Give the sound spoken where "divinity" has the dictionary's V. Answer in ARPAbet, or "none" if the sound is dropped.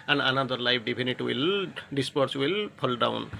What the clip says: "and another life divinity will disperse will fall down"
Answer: B